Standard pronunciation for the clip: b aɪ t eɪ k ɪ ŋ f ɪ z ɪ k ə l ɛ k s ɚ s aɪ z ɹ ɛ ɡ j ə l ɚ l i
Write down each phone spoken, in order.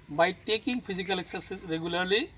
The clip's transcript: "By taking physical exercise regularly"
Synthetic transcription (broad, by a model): b aɪ t eɪ k ɪ ŋ p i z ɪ k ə l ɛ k s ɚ s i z ɹ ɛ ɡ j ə l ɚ l i